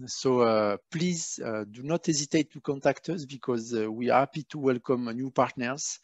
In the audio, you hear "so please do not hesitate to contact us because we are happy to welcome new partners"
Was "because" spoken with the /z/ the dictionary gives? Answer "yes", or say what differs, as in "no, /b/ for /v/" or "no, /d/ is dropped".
yes